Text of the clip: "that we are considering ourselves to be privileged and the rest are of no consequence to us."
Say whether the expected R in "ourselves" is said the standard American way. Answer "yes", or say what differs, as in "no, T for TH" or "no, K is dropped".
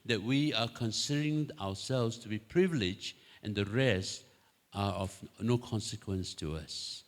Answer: no, W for R